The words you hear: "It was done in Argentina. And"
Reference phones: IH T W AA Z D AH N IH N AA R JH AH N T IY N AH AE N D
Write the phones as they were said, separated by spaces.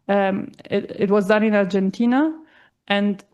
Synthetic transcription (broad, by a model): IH T W AA Z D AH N IH N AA R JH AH N T IY N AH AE N D